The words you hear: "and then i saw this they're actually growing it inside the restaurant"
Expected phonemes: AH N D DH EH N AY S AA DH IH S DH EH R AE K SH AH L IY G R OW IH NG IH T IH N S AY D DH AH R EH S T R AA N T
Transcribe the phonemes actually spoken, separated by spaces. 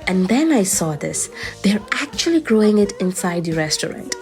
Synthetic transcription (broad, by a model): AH N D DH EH N AY S AA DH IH S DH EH R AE K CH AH L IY G R OW IH NG IH T IH N S AY D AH R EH S T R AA N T